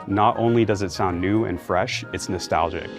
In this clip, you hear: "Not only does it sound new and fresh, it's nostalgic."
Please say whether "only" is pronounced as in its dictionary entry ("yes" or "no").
yes